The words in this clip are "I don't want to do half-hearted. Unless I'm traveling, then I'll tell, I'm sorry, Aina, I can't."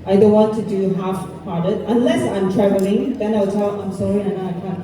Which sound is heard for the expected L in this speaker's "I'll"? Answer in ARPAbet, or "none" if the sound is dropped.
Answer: W